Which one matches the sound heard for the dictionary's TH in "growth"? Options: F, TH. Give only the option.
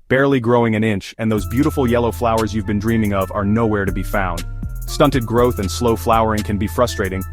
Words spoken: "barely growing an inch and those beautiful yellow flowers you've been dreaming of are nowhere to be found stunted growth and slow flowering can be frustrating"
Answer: TH